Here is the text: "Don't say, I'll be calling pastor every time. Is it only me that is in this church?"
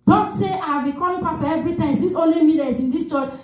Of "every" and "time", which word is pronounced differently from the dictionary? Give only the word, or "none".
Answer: time